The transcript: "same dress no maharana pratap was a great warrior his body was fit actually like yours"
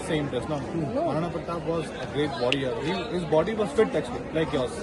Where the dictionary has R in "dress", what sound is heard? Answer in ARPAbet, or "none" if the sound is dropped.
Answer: none